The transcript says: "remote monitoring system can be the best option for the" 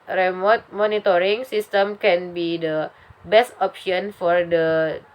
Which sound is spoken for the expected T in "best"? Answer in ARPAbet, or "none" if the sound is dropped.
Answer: T